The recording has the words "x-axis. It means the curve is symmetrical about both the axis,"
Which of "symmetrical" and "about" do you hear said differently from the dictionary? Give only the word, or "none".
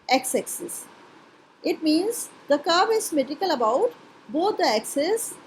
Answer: symmetrical